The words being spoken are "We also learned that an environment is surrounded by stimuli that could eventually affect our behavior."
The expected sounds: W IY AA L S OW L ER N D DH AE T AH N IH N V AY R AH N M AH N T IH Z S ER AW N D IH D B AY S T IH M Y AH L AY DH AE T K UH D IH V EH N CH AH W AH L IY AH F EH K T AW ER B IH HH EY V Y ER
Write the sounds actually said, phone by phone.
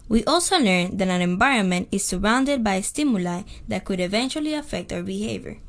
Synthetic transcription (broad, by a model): W IY AA L S OW L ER N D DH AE T AH N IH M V AY R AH N M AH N T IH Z S ER AW N D IH D B AY S T IH M Y AH L AY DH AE T K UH D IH V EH N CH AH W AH L IY AH F EH K T AW ER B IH HH EY V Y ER